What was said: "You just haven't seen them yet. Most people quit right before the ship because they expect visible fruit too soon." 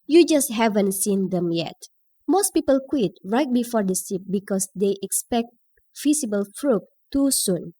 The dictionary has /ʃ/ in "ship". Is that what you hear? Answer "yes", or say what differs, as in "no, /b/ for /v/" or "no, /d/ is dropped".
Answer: no, /s/ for /ʃ/